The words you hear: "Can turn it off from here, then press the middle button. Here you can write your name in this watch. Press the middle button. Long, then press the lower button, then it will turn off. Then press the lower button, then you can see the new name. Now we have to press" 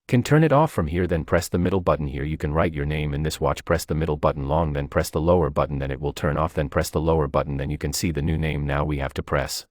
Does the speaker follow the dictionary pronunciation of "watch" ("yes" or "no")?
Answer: yes